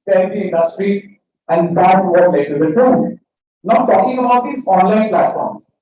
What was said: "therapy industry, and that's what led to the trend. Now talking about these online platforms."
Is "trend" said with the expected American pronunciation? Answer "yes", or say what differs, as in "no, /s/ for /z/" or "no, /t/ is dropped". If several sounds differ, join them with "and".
no, /ɹ/ is dropped